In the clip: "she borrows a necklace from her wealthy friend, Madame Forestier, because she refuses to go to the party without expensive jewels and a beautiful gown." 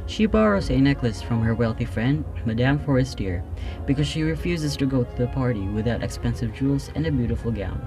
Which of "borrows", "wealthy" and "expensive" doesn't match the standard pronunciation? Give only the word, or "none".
none